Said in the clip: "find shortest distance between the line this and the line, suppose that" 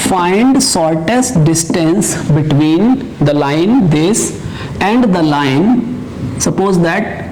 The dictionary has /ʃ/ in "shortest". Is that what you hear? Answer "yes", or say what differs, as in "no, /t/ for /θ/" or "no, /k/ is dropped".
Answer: no, /s/ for /ʃ/